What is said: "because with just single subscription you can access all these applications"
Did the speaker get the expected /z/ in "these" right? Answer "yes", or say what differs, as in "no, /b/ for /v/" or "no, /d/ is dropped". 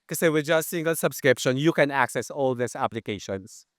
no, /s/ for /z/